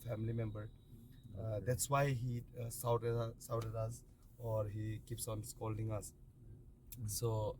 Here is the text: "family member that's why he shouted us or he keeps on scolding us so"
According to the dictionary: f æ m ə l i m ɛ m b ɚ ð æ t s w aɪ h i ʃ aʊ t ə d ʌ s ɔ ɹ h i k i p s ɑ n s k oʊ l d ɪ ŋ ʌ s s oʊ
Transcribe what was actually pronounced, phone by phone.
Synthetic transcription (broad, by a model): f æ m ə l i m ɛ m b ɚ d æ t s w aɪ h i s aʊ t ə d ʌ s ɔ ɹ h i k i p s ɑ n s k oʊ l d ɪ ŋ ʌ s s oʊ